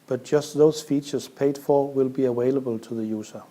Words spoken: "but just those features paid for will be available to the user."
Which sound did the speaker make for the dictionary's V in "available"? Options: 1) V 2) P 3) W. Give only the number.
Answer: 3